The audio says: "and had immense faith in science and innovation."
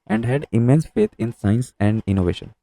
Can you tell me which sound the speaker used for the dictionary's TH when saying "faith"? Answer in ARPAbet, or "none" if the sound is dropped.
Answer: T